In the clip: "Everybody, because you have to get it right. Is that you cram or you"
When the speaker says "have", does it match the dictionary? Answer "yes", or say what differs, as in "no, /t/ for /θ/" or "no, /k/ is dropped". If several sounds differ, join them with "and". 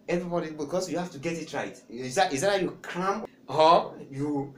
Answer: no, /f/ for /v/